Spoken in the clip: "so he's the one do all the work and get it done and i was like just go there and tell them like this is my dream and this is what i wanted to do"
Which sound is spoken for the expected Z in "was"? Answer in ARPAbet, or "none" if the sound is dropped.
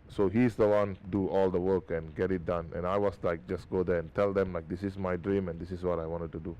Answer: S